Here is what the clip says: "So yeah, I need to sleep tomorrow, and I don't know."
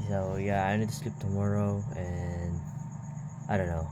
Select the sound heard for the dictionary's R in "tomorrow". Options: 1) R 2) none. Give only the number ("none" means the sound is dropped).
1